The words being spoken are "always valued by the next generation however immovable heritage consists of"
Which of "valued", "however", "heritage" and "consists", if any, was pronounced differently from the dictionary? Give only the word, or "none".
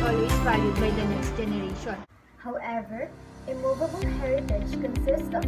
valued